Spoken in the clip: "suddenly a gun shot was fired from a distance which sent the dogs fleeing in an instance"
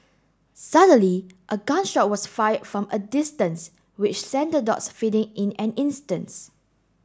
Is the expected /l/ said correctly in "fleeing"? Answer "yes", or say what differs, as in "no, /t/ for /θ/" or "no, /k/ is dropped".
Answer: no, /l/ is dropped